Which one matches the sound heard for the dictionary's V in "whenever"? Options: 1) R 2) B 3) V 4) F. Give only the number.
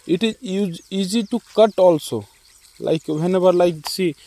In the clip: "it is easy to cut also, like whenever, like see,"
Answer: 2